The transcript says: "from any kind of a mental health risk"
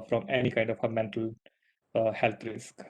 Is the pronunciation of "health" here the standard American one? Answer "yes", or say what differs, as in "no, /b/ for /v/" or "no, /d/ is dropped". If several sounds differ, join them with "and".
no, /t/ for /θ/